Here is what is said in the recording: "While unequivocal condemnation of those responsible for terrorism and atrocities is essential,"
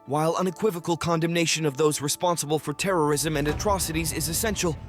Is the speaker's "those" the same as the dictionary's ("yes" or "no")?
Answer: yes